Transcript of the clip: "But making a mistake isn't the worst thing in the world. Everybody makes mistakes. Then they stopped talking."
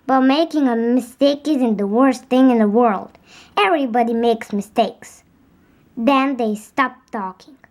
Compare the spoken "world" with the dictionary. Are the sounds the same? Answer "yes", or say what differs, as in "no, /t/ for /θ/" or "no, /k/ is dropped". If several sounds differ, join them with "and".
yes